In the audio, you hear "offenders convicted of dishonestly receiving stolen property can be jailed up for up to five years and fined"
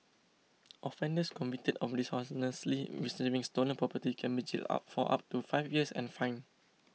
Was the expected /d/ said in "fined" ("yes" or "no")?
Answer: no